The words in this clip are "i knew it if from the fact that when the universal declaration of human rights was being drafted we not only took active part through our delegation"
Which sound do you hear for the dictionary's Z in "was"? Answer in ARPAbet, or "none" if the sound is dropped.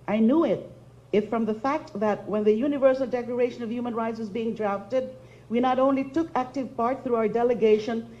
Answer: Z